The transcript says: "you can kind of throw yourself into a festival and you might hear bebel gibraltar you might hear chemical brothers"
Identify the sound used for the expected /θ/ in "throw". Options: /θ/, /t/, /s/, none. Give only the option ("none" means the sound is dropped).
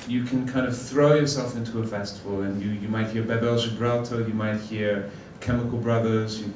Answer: /θ/